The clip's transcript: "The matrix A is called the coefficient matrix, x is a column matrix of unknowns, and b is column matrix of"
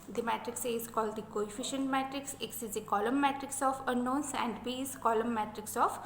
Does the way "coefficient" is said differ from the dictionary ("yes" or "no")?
no